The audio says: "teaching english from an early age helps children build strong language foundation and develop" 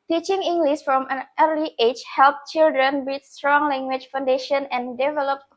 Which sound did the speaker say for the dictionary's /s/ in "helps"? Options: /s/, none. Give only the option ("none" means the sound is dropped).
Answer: none